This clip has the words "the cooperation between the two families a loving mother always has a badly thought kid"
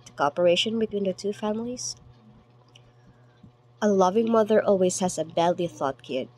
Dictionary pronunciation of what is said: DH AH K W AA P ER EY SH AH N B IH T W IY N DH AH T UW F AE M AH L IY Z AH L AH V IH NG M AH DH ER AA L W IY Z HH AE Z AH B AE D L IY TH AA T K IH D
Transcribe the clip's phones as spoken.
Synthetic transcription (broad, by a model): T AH K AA P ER EY SH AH N B IH T W IY N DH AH T UW F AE M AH L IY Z AH L AH V IH NG M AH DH ER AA L W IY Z HH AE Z AH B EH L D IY TH AA T K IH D